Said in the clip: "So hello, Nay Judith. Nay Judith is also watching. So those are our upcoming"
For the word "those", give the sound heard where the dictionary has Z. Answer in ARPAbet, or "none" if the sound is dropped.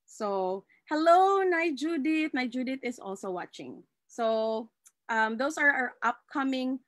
S